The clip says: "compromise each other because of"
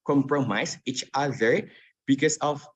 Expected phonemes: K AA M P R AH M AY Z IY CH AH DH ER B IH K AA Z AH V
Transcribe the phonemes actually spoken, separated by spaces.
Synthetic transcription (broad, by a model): K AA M P R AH M AY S IY CH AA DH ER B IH K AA S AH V